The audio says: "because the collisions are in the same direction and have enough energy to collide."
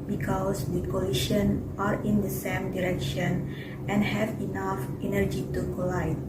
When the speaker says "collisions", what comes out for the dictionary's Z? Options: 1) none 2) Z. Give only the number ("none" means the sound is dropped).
1